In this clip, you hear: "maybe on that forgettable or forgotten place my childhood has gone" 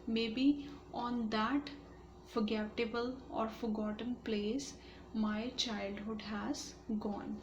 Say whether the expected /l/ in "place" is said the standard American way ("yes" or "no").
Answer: yes